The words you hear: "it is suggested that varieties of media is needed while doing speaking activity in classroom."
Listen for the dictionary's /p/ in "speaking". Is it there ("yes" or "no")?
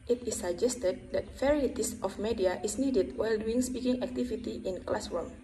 yes